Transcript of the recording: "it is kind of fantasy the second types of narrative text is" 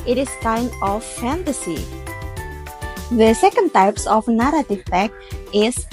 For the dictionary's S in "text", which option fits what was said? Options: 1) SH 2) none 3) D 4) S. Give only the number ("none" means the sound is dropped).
2